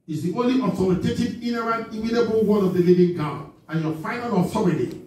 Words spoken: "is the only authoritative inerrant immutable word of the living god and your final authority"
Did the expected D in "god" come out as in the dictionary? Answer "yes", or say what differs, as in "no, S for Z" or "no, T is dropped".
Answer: no, D is dropped